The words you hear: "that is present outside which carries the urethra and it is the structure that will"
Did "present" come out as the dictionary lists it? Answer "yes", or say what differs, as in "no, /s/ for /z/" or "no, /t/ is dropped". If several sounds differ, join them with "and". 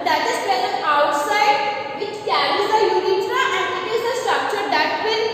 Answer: no, /ɹ/ is dropped and /t/ is dropped